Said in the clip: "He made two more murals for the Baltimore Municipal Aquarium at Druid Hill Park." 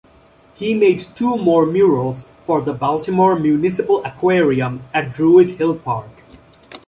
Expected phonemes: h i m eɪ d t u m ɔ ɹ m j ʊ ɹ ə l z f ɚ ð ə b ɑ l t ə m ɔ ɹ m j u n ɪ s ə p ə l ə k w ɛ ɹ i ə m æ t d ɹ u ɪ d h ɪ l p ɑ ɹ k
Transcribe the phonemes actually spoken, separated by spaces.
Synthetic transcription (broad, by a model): h i m eɪ d t u m ɔ ɹ m j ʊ ɹ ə l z f ɚ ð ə b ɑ l t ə m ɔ ɹ m j u n ɪ s ə p ə l ə k w ɛ ɹ i ə m æ t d ɹ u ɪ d h ɪ l p ɑ ɹ k